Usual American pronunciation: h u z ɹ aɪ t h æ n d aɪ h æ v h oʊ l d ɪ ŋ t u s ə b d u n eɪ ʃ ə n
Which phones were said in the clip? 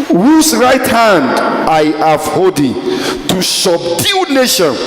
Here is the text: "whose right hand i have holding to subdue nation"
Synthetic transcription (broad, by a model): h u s ɹ aɪ t h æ n d aɪ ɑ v h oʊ d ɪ t u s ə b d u n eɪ ʃ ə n